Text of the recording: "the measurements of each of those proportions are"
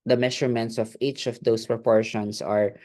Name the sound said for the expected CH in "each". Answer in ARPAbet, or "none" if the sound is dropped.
CH